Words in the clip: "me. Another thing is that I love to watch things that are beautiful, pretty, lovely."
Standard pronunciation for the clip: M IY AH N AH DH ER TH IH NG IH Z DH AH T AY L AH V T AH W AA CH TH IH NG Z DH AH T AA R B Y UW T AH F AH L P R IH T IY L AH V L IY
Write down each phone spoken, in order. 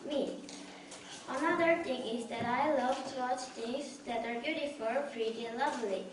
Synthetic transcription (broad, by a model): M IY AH N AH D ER T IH NG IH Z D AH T AY L AH V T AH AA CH T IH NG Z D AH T AA R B Y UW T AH F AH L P R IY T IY L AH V L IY